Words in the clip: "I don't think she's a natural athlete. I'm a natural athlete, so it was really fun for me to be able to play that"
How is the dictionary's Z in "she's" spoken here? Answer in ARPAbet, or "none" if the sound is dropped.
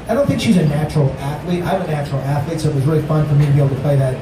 Z